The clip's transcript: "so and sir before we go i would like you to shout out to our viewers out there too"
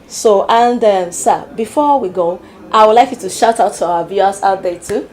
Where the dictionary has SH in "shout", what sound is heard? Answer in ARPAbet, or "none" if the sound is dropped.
SH